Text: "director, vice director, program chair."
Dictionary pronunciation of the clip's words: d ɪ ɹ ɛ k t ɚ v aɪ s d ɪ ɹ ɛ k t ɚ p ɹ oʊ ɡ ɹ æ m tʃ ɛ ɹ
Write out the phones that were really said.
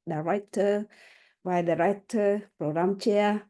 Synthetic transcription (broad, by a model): d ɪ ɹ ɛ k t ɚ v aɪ d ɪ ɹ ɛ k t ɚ p ɹ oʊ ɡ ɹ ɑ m tʃ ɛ